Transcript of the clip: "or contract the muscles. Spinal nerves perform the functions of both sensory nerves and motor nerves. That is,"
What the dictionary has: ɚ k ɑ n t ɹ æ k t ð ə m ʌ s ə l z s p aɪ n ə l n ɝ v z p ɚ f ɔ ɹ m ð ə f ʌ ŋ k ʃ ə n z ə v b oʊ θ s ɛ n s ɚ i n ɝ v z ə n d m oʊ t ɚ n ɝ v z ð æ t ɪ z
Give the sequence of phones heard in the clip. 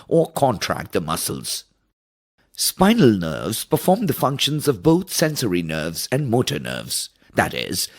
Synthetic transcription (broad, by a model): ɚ k ɑ n t ɹ æ k t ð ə m ʌ s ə l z s p aɪ n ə l n ɝ v z p ɚ f ɔ ɹ m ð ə f ʌ ŋ k ʃ ə n z ə v b oʊ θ s ɛ n s ɚ i n ɝ v z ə n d m oʊ t ɚ n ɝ v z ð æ t ɪ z